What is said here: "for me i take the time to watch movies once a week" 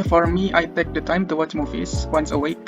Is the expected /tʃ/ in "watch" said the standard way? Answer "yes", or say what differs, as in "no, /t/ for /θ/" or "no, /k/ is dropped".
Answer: yes